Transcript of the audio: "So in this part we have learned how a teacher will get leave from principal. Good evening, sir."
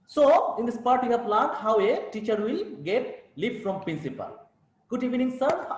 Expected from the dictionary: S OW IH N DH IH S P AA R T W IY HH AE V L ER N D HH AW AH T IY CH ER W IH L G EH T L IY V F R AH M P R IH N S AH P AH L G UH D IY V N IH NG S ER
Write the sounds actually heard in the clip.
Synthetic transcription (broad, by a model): S OW IH N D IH S P AA R T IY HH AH P L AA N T HH AW AH T IY CH ER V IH L G EH T L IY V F R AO M P R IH N S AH P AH L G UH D IY V N IH NG S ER